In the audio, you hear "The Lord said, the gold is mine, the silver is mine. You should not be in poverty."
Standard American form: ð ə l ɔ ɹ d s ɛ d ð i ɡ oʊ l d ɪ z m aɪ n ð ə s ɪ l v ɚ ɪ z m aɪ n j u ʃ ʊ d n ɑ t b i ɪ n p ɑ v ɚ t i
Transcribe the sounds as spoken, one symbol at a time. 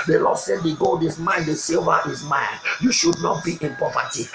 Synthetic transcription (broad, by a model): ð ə l ɔ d s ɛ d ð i ɡ oʊ l d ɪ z m aɪ n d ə s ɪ l v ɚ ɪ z m aɪ n j u ʃ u d n ɑ t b i ɪ n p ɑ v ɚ t i